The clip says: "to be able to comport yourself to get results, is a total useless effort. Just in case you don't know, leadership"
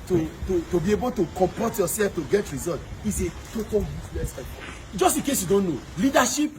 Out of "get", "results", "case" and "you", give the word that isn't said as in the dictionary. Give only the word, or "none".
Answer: results